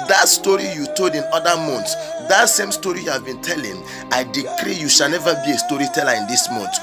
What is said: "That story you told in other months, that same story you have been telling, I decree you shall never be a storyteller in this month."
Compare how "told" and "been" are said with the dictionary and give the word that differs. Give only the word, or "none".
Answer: told